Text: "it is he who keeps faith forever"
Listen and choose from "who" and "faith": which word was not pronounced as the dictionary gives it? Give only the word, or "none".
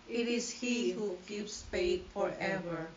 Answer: faith